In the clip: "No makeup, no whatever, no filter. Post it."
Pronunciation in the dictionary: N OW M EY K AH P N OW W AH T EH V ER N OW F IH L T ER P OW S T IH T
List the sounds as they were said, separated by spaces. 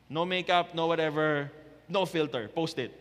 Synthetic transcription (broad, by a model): N OW M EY K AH P N OW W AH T EH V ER N OW F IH L T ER P OW S T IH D